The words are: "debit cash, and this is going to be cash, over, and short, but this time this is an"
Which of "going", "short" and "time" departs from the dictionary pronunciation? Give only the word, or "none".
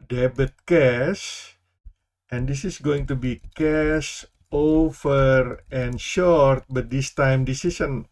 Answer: none